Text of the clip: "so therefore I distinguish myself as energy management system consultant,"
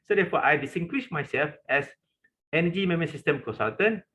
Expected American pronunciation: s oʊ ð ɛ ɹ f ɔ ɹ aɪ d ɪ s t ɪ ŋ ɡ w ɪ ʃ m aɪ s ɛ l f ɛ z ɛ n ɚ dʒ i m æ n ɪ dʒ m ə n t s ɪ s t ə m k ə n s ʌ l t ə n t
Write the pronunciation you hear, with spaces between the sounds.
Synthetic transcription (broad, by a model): s oʊ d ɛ f ɔ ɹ aɪ d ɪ s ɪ ŋ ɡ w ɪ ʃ m aɪ s ɛ l f ɛ s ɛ n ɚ dʒ i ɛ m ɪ m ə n s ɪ s t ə m k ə n s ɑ l t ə n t